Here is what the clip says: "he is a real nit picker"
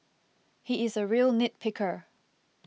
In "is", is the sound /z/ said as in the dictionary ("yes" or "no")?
yes